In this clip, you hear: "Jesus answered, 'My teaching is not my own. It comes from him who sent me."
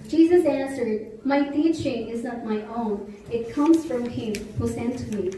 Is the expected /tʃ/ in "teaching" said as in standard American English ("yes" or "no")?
no